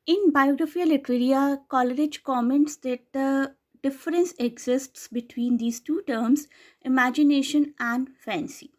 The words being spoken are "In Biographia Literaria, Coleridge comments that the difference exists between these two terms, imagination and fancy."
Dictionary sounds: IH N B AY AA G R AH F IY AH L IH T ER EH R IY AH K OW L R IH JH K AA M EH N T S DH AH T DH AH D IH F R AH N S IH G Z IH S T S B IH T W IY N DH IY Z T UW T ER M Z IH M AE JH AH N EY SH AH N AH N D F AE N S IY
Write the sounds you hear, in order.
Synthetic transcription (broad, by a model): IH N B AY AA G R AH F IY AH L IH T ER EH R IY AH K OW L R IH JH K AA M EH N T S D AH T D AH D IH F R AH N S IH G Z IH S T S B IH T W IY N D IY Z T UW T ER M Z IH M AE JH AH N EY SH AH N AH N D F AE N S IY